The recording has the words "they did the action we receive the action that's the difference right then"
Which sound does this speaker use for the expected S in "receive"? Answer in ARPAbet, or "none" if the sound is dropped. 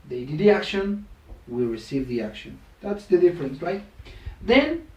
S